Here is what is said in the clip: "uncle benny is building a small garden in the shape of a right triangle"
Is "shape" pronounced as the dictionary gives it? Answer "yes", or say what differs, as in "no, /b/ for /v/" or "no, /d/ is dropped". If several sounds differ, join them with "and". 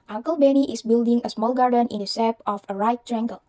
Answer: no, /s/ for /ʃ/